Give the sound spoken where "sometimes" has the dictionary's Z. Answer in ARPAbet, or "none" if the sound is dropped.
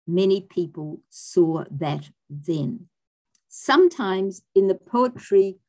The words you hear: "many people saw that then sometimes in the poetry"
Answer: Z